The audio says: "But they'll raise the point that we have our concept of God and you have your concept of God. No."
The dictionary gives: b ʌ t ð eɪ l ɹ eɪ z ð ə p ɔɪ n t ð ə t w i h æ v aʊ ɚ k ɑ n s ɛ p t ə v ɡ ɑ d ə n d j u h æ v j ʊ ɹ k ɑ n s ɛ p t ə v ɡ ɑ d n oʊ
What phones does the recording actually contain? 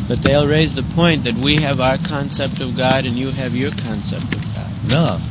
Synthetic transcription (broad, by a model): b ʌ t ð eɪ l ɹ eɪ z ð ə p ɔɪ n ð ə t w i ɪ v aʊ ɚ k ɑ n s ɛ p t ə v ɡ ɑ d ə n j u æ v j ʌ ɹ k ɑ n s ɛ p t ə v ɡ ɑ d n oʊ